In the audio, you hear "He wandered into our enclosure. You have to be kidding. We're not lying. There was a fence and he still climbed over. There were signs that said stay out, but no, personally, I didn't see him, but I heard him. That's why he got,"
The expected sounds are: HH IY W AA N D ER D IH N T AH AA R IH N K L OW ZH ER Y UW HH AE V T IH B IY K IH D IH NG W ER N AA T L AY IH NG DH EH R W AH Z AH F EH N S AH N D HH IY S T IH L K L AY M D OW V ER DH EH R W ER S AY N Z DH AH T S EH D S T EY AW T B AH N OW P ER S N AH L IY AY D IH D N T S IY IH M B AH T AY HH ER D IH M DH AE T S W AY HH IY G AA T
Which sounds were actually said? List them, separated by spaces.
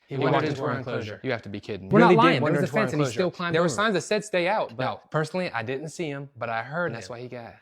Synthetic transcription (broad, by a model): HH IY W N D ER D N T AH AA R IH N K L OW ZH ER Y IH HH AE F T IH B IY K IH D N W ER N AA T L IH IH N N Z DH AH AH F EH N S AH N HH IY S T IH L K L AY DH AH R W ER S AY N Z DH AH T S EH D S T EY AW T B AH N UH P ER S N L IY AY D IH D N T S IY IH M B AH T AY HH ER D DH AE T S W AY HH IY G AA T